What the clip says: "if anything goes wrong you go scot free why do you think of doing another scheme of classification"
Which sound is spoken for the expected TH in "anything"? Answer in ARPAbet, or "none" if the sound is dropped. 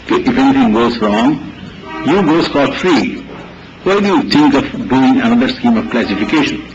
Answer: T